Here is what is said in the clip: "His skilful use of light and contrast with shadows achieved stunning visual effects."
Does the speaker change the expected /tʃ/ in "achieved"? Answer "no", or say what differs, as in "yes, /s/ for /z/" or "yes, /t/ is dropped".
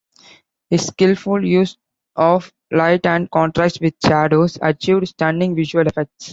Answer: no